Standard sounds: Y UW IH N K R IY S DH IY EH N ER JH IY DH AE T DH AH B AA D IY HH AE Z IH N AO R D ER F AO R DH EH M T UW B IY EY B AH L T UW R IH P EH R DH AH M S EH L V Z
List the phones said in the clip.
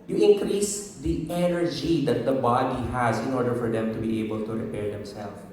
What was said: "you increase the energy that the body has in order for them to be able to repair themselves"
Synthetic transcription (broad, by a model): Y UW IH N K R IY S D IY EH N ER JH IY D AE T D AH B AA D IY HH AE Z IH N AO R D ER F AO R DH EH M T UW B IY EY B AH L T UW R IH P EH R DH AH M S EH L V